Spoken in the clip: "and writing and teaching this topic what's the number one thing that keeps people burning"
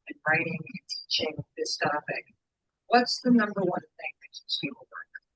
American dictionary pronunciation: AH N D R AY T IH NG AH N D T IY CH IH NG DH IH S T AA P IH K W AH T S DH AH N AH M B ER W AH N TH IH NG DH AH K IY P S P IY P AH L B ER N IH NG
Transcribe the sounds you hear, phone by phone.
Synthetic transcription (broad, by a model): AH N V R AY T IH NG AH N T IY CH IH NG DH IH S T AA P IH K W AH T S DH AH N AH M B ER W AH N TH IH NG DH AH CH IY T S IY AH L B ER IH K